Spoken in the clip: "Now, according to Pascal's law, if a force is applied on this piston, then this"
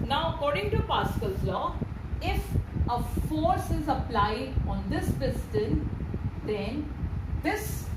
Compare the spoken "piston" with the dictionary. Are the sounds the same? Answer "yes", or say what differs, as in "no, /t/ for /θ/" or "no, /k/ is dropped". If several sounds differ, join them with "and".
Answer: no, /b/ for /p/